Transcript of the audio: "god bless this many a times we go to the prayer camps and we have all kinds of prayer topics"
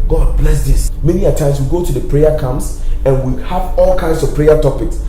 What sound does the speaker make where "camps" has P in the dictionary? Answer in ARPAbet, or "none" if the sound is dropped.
none